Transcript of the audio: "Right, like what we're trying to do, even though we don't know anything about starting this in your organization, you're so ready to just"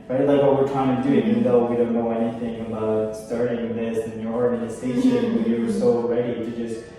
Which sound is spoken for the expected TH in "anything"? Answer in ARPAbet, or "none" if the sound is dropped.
TH